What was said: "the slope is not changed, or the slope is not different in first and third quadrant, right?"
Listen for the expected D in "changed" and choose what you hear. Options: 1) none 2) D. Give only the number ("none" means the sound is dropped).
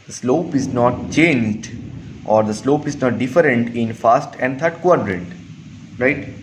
2